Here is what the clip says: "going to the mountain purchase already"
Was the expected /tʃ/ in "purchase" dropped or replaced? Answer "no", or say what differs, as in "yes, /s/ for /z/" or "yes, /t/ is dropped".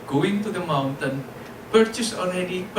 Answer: no